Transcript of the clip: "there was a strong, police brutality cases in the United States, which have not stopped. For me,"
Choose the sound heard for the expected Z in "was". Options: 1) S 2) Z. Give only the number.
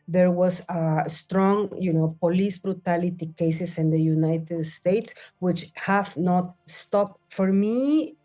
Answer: 1